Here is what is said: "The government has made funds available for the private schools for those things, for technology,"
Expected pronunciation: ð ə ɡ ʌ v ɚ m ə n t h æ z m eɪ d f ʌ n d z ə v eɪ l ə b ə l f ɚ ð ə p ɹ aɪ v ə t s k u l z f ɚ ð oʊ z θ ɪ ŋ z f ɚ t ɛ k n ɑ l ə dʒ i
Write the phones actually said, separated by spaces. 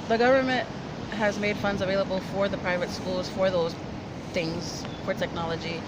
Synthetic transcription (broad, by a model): ð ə ɡ ʌ v ɚ m ə n t h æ z m eɪ d f ʌ n d z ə v eɪ l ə b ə l f ɚ ð ə p ɹ aɪ v ə t s k u l z f ɚ ð oʊ z θ ɪ ŋ z f ɚ t ɛ k n ɑ l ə dʒ i